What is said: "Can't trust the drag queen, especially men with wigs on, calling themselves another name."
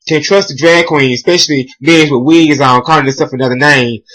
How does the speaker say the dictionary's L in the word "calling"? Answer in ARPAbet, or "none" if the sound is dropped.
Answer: N